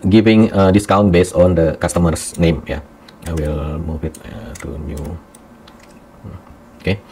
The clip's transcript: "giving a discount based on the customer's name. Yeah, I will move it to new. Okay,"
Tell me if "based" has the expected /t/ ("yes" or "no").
no